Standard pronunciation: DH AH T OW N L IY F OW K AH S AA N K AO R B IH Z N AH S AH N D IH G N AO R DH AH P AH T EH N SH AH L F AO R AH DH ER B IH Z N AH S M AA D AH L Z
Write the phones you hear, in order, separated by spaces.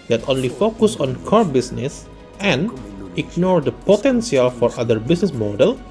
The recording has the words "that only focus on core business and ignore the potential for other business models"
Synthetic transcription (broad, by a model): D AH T OW N L IY F OW K AH S AA N K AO R B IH S N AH S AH N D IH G N AO R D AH P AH T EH N S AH L F AO R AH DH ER B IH S N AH S M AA D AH L